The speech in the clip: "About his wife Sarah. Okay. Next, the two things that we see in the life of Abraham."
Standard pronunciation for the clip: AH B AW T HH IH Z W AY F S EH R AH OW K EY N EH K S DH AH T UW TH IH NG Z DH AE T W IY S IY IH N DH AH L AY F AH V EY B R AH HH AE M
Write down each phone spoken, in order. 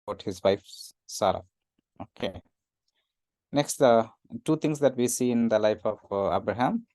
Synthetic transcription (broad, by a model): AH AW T HH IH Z W AY F S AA R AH OW K EY N EH K S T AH T UW T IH NG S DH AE T W IY S IY IH N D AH L AY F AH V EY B R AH HH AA M